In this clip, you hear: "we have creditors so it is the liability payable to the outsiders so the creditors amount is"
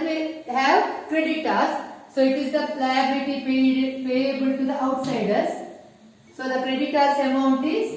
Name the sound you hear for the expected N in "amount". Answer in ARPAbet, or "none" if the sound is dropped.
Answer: N